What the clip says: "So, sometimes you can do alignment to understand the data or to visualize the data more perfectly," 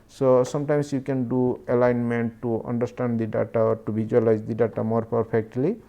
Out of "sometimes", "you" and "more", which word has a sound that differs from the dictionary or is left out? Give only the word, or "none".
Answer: sometimes